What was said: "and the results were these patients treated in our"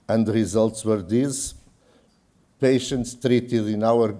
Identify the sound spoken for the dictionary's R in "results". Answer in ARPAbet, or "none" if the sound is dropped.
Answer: R